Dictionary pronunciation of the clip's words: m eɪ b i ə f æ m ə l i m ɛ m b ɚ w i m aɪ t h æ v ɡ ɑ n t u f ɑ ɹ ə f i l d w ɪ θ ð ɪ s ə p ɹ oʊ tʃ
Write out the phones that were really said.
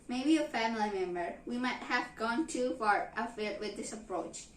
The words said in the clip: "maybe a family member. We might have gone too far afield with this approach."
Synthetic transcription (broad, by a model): m eɪ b i ə f æ m ə l i m ɛ m b ɚ w i m aɪ t h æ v ɡ ɑ n t u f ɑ ɹ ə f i d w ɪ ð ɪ s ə p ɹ oʊ tʃ